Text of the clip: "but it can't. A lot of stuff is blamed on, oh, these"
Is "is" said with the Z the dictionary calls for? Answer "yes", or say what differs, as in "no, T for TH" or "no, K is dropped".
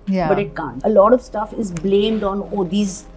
yes